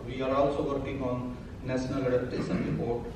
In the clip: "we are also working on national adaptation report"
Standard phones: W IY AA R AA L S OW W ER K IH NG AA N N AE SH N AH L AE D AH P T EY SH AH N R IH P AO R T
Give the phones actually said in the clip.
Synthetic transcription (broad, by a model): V IY AA R AA L S OW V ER K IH NG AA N N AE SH N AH L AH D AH T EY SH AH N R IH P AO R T